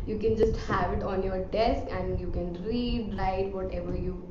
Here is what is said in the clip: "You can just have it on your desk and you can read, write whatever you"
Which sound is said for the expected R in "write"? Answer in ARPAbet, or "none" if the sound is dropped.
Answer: L